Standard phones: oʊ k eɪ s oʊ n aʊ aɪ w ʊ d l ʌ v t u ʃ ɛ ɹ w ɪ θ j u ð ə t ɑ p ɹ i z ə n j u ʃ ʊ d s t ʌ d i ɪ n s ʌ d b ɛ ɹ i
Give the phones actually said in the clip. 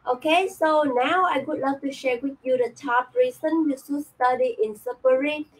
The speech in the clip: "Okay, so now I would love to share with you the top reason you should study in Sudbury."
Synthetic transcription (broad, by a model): oʊ k eɪ s oʊ n aʊ aɪ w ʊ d l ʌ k t u ʃ ɛ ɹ w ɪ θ j u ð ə t ɑ p ɹ i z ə n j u s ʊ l s t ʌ d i ɪ n s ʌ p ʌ ɹ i